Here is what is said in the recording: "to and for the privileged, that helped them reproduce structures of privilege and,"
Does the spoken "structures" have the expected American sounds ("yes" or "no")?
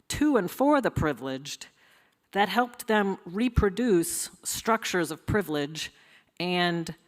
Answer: yes